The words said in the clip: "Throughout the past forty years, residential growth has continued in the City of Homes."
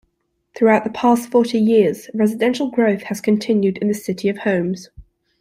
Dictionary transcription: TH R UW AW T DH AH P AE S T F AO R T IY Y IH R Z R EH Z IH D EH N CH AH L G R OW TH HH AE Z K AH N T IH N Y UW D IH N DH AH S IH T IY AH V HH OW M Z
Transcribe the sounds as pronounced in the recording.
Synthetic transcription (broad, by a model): TH R UW AW T DH AH P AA S T F AO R T IY Y IH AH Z R EH Z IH D EH N SH AH L G R OW TH HH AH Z K AH N T IH N Y UW D IH N DH AH S IH T IY AH V HH OW M Z